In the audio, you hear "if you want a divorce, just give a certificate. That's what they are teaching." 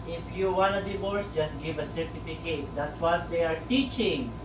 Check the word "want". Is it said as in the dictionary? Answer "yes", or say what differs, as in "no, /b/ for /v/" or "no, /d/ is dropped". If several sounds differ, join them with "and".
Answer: no, /t/ is dropped